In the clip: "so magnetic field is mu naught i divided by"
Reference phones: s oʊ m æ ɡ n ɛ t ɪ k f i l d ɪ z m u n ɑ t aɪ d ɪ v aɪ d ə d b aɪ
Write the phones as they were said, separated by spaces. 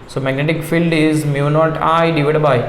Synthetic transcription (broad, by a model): s oʊ m æ ɡ n ɛ t ɪ k f i l d ɪ z m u n ɑ t aɪ d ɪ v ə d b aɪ